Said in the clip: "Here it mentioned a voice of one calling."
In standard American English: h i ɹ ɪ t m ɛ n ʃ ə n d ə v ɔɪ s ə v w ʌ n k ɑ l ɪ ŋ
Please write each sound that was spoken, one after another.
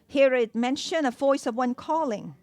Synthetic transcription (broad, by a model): h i ɹ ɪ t m ɛ n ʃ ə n ə v ɔɪ s ə v w ʌ n k ɑ l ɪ ŋ